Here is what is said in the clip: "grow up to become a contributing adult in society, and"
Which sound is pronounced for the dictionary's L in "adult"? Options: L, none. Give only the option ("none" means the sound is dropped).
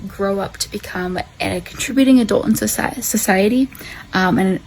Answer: L